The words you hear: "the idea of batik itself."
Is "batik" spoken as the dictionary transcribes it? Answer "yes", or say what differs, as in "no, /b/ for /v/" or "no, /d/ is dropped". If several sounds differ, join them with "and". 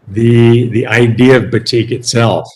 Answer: yes